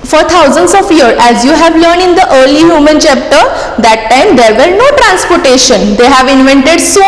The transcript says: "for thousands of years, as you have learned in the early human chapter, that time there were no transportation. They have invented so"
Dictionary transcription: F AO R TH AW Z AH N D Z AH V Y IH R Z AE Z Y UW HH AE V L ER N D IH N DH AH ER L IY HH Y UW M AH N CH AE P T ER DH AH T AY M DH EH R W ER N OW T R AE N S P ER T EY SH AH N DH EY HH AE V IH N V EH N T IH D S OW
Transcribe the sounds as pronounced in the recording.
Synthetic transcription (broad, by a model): F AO R T AW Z AH N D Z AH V Y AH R AE Z Y UW HH AE V L ER N D IH N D AH ER L IY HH Y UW M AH N CH AE P T ER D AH T AY M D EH R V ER N OW T R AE N S P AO T EY SH AH N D EY HH AE V IH N V EH N T IH D S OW